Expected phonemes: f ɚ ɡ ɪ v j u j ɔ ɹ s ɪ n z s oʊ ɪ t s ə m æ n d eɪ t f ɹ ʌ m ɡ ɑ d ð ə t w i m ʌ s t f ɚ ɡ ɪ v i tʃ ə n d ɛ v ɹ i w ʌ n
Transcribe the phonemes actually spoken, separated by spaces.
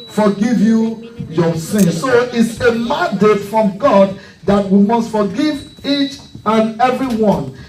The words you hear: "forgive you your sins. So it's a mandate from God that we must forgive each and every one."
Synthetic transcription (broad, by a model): f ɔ ɡ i v j u j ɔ s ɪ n s oʊ ɪ t s ə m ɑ n d eɪ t f ɹ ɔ m ɡ ɑ d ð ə t w i m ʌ s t f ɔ ɡ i v i tʃ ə n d ɛ v ɹ i w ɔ n